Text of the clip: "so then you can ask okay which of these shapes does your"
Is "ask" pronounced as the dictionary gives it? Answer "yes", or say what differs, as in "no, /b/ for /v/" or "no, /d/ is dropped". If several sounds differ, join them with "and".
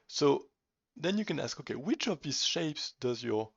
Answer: yes